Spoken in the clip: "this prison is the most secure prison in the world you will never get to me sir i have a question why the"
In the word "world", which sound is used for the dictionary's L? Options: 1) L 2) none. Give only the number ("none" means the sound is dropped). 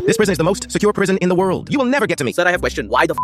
1